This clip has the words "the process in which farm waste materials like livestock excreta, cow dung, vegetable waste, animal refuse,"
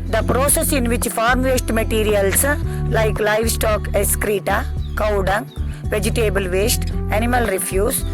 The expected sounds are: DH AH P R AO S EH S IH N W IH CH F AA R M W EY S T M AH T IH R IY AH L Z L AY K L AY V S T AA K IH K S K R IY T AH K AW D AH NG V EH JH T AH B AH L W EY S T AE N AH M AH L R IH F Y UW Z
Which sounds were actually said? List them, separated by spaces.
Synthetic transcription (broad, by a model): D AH P R AO S EH S IH N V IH CH F AA R M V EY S T M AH T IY R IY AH L S L AY K L AY V S T AA K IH S K R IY T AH K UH D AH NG V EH JH T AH B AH L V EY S T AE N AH M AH L R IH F Y UW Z